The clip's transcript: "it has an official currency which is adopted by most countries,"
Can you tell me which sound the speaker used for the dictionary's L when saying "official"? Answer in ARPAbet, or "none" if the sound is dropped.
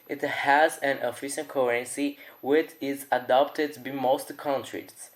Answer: N